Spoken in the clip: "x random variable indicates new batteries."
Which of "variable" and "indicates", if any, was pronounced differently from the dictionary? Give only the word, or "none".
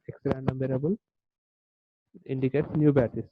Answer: variable